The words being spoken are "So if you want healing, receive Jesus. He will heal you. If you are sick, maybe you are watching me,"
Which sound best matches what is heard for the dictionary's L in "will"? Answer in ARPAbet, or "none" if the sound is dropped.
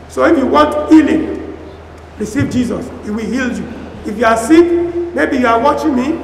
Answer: L